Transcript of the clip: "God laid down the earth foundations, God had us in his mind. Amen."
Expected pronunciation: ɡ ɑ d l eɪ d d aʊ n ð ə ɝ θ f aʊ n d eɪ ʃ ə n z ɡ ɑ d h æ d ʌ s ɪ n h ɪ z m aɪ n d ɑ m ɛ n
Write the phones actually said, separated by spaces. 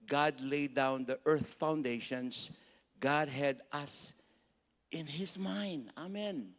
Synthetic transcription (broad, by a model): ɡ ɑ d l eɪ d d aʊ n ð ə ɝ θ f aʊ n d eɪ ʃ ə n s ɡ ɑ d h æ d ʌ s ɪ n h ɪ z m aɪ n d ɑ m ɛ n